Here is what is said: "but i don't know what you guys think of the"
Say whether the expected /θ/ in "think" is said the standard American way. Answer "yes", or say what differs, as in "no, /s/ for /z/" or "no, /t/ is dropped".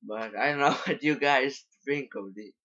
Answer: no, /f/ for /θ/